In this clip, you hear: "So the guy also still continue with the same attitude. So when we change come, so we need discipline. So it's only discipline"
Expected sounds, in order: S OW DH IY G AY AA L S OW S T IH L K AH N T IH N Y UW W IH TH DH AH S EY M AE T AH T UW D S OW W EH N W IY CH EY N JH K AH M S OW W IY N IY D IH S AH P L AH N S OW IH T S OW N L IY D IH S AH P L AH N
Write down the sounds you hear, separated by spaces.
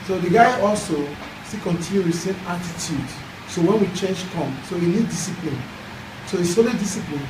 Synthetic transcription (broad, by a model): S OW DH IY G AY AA L S OW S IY K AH N T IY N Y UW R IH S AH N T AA T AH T UW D S OW W EH N W IY CH EY N JH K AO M S OW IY N IY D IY S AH P L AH N S OW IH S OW L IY D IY S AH P L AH N